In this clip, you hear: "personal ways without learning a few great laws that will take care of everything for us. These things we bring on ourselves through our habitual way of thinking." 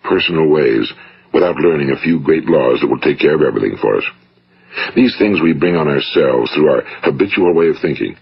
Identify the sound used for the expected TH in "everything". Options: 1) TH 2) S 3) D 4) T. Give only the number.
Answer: 1